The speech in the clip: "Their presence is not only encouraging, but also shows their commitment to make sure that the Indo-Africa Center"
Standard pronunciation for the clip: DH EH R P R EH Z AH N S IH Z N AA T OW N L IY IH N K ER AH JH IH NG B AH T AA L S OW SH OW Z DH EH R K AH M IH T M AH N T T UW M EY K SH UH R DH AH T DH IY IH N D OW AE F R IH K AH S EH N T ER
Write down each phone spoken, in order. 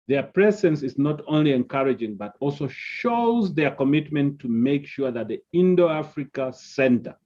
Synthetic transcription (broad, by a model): DH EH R P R EH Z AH N S IH Z N AA T OW N L IY IH N K ER AH JH IH NG B AH T AA L S OW SH OW Z DH EH R K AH M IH T M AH N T T UW M EY K SH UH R DH AH T DH IY IH N D OW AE F R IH K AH S EH N T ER